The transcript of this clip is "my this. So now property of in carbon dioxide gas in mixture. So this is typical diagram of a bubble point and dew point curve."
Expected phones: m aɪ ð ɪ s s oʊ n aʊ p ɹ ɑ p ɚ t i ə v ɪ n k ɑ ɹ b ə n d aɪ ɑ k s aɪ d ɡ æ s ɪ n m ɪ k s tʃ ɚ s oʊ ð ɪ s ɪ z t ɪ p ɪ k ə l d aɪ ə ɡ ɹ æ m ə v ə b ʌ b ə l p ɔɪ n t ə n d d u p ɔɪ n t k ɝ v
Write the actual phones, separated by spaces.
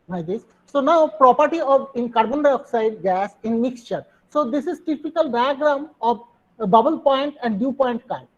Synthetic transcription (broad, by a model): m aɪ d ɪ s s oʊ n aʊ p ɹ ɑ p ɚ t i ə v ɪ n k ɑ ɹ b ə n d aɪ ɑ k s aɪ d ɡ æ s ɪ n m ɪ k s tʃ ɚ s oʊ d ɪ s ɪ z t ɪ p ɪ k ə l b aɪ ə ɡ ɹ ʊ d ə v b ʌ b ə l p ɔɪ n t ə n d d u p ɔɪ n t k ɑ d